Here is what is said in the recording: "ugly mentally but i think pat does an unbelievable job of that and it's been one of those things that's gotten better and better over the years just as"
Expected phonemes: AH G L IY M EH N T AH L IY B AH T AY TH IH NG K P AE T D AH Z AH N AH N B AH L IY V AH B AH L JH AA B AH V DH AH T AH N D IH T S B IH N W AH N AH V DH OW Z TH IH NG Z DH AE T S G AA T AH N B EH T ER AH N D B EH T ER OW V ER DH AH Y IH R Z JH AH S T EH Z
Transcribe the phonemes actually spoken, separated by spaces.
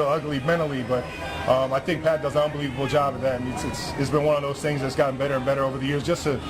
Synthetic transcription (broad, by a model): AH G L IY M EH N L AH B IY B AH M AY TH IH NG K P AE T D AH Z AH N AH N B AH L IY V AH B L JH AA B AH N DH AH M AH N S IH T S B IH N W AH N AH V DH OW Z TH IH NG Z DH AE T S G AA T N B EH T ER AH N B EH T ER OW V ER DH AH Y IH R Z JH AH S T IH